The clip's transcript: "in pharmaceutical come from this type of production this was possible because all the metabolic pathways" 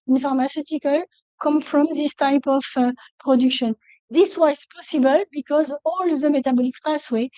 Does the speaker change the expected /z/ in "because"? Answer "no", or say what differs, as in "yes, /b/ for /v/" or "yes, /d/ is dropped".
no